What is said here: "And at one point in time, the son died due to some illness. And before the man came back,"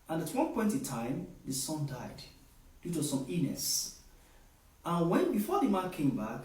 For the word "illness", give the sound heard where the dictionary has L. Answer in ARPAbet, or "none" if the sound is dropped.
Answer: none